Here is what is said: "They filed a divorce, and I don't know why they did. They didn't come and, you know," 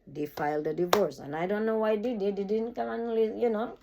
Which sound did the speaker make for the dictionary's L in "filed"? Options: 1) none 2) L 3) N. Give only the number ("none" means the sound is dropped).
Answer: 2